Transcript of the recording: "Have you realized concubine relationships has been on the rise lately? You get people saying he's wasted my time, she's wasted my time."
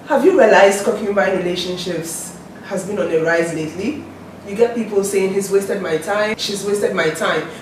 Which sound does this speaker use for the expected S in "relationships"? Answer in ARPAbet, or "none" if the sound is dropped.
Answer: S